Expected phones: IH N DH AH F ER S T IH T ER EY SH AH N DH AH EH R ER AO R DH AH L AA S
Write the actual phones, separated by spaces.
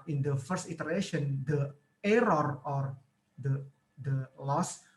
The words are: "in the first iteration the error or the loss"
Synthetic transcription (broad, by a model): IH N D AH F ER S T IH T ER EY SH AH N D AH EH R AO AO R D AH L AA S